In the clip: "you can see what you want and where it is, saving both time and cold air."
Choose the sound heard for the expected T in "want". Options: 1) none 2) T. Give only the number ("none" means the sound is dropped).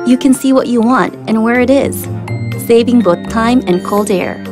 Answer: 2